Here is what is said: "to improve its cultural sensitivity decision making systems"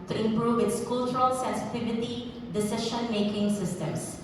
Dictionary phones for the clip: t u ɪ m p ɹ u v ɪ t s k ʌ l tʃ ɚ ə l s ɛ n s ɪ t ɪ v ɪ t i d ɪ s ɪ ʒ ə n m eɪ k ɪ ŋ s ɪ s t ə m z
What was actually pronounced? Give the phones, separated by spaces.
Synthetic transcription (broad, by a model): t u ɪ m p ɹ u v ɪ t s k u l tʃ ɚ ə l s ɛ n s ɪ t ɪ v ɪ t i d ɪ s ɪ ʃ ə n m eɪ k ɪ ŋ s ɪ s t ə m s